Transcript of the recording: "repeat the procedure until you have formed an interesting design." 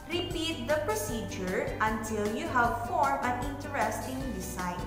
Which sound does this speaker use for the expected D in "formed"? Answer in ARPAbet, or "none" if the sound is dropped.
none